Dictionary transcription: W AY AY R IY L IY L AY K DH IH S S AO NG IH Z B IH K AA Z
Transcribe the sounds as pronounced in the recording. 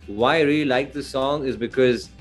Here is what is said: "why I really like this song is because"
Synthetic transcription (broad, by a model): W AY AY R IY L IY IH K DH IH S S AO NG IH Z B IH K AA Z